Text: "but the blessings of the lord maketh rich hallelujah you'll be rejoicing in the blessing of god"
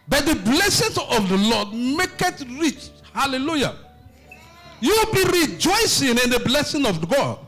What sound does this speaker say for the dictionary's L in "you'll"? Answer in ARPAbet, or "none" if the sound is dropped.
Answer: W